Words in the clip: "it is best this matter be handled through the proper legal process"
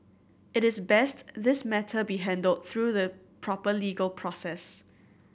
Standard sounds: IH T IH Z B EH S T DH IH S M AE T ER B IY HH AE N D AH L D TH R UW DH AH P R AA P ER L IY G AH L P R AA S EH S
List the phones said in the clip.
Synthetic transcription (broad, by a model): IH T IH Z B EH S T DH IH S M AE T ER B IY HH AE N D AH L D TH R UW DH AH P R AA P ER L IY G AH L P R AA S EH S